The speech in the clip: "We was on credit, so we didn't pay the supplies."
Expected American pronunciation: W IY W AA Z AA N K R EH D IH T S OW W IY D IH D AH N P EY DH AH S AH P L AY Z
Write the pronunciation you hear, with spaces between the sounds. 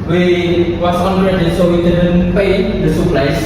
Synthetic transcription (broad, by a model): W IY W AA S AA N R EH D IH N S OW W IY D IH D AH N P EY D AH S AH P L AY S